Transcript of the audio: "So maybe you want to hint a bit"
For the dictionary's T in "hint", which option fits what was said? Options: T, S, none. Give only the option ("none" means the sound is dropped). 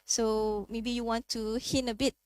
none